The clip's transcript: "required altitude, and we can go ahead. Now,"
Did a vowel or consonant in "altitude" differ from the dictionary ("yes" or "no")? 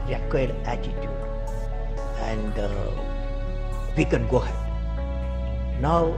yes